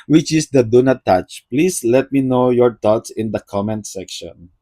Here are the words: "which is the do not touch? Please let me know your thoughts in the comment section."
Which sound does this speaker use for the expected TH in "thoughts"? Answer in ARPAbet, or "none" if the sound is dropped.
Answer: T